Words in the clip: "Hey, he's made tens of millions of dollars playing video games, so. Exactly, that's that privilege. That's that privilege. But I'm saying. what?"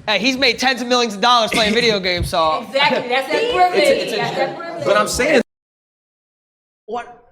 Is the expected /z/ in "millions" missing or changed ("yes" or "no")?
no